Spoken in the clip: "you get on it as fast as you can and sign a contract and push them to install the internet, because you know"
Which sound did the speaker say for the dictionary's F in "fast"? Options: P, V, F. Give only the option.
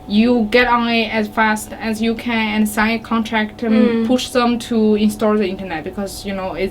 F